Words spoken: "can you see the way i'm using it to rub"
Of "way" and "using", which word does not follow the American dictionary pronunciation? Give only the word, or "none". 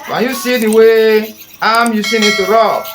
using